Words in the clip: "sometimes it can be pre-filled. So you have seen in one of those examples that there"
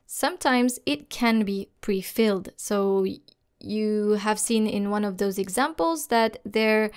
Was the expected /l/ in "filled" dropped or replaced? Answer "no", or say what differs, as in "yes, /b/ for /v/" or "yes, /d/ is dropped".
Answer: no